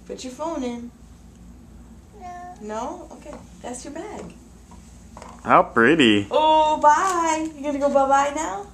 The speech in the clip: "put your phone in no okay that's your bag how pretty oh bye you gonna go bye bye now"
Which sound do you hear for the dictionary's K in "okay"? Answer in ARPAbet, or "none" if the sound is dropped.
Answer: K